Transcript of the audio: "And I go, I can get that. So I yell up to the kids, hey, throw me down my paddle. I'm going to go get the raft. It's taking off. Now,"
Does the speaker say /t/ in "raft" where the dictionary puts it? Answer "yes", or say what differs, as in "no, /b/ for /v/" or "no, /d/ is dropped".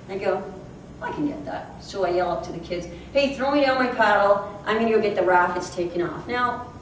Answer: no, /t/ is dropped